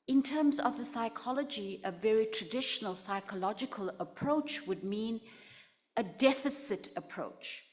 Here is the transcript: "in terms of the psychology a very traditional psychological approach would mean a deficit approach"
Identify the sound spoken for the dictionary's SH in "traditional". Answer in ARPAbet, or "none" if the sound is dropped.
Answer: SH